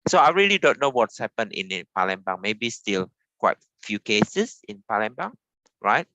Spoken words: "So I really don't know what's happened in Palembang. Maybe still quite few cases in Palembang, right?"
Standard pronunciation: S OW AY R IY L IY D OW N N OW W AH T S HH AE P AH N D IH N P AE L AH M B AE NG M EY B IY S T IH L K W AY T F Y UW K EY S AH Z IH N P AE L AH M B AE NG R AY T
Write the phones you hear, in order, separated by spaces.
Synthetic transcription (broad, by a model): S OW AY R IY L IY D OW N N OW W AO T S HH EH P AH N IH N P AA L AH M B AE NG M EY B IY S T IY L K W AY T F Y UW K EY S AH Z IH N P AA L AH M B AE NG R AY T